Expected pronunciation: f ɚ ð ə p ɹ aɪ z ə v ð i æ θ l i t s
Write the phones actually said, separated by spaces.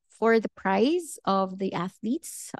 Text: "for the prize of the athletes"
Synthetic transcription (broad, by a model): f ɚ ð ə p ɹ aɪ z ə v ð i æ θ l i t s